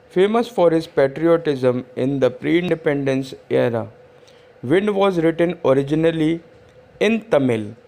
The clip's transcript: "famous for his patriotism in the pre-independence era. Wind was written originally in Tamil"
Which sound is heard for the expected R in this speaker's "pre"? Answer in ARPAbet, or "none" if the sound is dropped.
R